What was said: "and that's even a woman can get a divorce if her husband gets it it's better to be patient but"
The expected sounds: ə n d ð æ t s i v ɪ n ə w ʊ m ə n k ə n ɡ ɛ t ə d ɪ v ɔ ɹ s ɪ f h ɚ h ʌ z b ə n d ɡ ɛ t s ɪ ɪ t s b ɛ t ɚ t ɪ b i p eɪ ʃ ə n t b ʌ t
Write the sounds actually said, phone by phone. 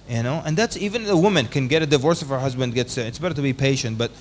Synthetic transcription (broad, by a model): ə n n ð æ t s i v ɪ n ə w ʊ m ə n k ə n ɡ ɛ t ə d ɪ v ɔ ɹ s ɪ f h ɚ h ʌ z b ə n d ɡ ɛ t s ɪ ɪ t s b ɛ t ɚ t ɪ b i p eɪ ʃ ə n t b ʌ t